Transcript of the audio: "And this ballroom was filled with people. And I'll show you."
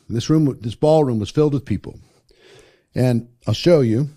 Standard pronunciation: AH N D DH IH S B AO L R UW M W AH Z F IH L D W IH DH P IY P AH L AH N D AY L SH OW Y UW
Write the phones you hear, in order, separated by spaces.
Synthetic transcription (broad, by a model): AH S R DH IH S B AO L R UW M W AH Z F IH L D W IH DH P IY P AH L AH N AY L SH OW Y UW